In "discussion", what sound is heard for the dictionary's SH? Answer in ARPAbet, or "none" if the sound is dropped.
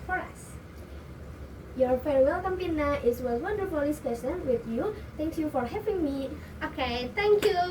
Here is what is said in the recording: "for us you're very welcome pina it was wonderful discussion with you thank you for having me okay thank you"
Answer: S